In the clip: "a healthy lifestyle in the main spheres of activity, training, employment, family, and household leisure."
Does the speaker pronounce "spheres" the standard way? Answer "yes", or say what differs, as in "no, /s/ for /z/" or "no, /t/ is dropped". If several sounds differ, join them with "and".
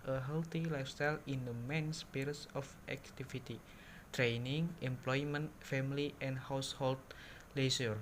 no, /p/ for /f/ and /s/ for /z/